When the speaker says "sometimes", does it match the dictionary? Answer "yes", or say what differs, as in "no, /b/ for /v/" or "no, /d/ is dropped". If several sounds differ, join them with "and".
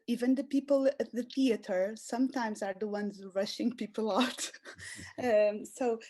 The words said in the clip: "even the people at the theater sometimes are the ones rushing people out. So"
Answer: yes